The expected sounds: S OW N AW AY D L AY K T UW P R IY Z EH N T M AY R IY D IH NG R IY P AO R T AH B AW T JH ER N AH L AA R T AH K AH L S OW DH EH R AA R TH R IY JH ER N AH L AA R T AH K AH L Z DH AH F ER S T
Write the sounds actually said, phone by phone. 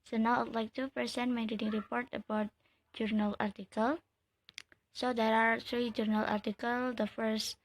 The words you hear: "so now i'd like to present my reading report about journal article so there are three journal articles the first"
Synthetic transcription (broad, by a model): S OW N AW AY L AY K T UW P IY S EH N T M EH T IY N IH NG R IY P AO R T AH B AW T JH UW N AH L AA R T AH K AH L S OW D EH R AA R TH R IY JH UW N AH L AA R T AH K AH L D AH F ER S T